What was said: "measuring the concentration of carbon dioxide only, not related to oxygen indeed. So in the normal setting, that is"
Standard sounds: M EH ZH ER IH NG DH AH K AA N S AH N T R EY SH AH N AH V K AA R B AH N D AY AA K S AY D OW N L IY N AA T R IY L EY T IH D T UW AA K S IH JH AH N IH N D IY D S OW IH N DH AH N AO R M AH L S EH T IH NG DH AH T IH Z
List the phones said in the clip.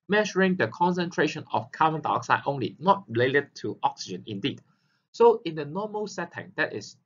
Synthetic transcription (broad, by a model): M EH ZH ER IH NG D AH K AA N S AH N T R EY SH AH N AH F K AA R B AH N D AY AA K S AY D OW N L IY N AA T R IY L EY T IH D T UW AA K S IH JH AH N IH N D IY D S OW IH N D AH N AO M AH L S EH T IH NG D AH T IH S